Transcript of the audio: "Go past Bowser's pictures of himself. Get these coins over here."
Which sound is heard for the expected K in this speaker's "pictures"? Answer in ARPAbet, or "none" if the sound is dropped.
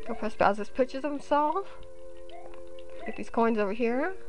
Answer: none